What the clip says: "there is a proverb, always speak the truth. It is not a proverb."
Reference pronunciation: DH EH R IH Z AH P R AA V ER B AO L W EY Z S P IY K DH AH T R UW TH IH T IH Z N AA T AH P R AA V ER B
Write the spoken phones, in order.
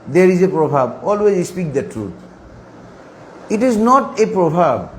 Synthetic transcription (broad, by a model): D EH R IH Z AH P R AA B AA B AO L W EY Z S P IY K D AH T R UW T IH T IH Z N AA T AH P R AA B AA B